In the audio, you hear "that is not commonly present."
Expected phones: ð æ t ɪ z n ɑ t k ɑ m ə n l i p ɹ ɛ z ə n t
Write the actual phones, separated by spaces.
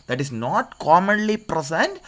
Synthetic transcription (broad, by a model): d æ t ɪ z n ɑ t k ɑ m ə n l i p ɹ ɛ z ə n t